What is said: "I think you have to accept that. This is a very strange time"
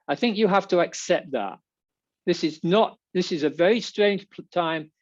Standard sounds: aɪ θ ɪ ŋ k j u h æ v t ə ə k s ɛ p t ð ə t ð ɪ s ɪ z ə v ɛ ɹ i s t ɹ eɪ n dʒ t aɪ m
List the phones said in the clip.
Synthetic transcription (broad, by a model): aɪ θ ɪ ŋ k j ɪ h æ f t ə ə k s ɛ p t ð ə t ð ɪ s ɪ z ə v ɛ ɹ i s t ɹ eɪ n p t aɪ m